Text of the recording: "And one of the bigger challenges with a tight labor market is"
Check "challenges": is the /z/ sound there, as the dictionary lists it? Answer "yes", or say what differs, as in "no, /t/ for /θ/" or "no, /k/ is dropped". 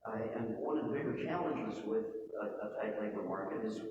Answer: yes